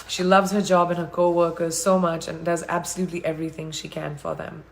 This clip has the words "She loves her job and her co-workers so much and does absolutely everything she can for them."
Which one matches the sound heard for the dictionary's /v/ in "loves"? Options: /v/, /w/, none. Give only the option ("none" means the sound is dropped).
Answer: /v/